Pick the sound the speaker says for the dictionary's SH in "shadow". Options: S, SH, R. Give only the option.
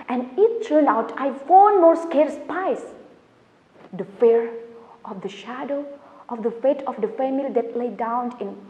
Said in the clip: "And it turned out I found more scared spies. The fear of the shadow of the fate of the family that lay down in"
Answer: SH